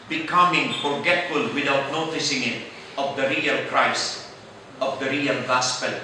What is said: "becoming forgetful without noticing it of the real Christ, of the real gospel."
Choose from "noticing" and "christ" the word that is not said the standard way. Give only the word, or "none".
christ